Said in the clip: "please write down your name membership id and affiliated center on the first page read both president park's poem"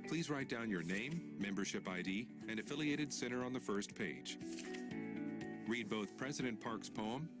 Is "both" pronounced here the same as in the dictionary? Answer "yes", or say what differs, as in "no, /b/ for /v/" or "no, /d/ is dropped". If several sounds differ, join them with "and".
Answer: yes